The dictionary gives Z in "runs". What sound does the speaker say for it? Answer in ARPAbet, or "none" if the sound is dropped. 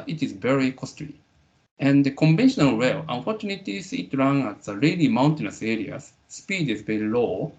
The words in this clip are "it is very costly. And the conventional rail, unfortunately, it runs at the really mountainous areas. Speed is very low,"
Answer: none